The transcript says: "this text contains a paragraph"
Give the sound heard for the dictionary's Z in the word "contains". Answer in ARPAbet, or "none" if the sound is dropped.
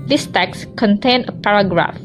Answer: none